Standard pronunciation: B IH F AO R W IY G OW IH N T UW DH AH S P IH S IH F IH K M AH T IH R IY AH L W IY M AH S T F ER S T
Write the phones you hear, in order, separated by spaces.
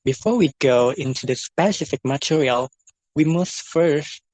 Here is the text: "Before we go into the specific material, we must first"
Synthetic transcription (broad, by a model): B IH F AO R W IY G OW IH N T UW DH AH S P IH S IH F IH K M AH T IH R IY AH L W IY M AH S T F ER S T